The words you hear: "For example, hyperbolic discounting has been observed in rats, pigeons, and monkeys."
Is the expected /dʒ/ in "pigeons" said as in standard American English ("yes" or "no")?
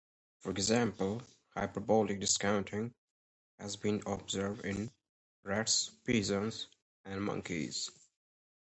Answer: no